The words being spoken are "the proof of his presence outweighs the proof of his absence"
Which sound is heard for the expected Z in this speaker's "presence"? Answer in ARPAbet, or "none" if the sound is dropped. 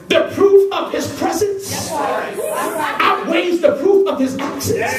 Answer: Z